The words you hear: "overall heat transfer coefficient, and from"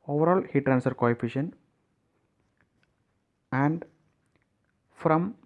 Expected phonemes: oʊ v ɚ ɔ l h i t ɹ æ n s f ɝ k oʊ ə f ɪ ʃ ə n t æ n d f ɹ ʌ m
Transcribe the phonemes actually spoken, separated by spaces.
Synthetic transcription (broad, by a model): oʊ v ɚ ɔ l h i t ɹ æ n s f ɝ k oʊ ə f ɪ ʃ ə n æ n d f ɹ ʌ m